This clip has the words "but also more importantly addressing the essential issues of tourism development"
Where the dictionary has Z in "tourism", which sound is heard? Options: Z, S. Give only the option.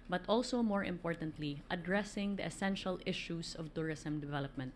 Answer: S